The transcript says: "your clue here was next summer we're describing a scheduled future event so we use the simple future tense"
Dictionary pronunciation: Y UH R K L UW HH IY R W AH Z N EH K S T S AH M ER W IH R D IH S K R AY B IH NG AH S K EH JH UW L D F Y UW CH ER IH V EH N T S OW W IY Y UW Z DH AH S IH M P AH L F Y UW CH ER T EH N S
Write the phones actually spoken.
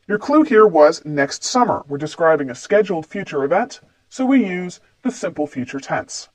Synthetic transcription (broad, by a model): Y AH R K L UW HH IY R W AH Z N EH K S T S AH M ER W IH R D IH S K R AY B IH NG AH S K EH JH L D F Y UW CH ER IH V EH N T S OW W IY Y UW Z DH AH S IH M P L F Y UW CH ER T EH N S